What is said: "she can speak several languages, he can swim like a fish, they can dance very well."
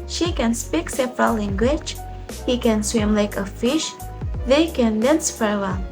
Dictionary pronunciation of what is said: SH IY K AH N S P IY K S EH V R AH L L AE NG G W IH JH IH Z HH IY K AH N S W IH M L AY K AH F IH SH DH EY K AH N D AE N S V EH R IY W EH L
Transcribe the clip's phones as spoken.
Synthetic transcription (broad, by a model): SH IY K AH N S P IY K S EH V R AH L L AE NG G W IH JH HH IY K AH N S W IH M L AY K AH F IH SH DH EY K AH N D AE N S F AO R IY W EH L